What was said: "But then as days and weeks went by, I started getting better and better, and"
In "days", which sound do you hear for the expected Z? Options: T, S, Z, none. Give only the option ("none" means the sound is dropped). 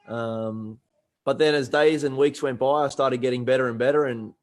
Z